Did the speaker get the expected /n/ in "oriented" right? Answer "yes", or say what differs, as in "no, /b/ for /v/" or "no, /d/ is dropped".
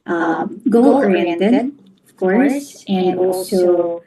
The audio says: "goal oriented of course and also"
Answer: no, /n/ is dropped